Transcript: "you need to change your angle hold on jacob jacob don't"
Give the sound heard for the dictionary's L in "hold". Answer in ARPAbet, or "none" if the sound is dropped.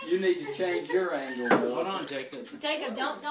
none